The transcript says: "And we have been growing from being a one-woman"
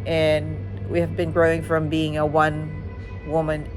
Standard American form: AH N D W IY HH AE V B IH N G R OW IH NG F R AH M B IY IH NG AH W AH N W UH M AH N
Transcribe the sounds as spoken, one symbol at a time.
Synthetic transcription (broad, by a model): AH N W IY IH V B IH N G R OW IH NG F R AH M B IY IH NG AH W AH N W UH M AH N